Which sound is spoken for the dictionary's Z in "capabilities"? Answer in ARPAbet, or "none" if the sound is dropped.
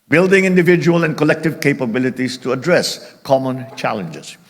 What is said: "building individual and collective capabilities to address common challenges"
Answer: S